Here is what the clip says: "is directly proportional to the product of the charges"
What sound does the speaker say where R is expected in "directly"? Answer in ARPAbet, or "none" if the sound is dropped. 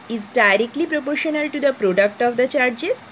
R